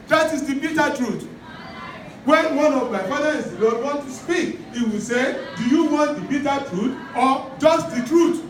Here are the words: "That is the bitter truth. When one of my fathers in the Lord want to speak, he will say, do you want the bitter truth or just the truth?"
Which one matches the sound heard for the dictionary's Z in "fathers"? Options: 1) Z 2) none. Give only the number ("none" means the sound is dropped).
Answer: 2